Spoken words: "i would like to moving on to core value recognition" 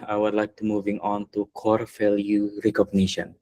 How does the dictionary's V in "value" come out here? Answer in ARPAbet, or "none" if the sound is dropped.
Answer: F